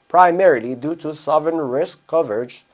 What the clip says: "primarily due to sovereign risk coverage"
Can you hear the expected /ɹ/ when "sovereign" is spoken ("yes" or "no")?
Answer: no